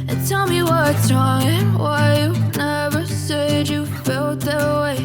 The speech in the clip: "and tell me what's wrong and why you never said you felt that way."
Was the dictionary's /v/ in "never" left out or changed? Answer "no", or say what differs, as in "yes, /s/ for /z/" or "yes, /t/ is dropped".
no